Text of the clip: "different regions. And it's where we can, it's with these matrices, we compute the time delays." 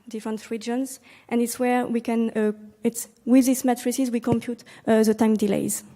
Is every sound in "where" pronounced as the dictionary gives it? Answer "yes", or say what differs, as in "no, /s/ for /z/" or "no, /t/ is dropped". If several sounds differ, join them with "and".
yes